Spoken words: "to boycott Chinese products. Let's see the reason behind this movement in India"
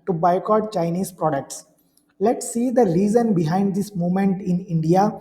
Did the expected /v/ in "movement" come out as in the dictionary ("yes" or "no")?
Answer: no